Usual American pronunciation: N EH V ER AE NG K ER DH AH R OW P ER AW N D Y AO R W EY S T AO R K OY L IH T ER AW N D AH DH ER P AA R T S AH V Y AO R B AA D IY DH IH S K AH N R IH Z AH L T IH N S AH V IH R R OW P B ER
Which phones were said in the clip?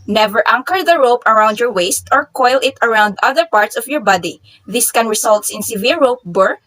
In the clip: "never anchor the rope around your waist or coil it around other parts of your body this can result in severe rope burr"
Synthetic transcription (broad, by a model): N EH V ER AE NG K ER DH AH R OW P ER AW N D Y AO R W EY S T AO R K OY L IH T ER AW N D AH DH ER P AA R T S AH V Y AO R B AA D IY DH IH S K AH N R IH S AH L T IH N S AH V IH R R OW P B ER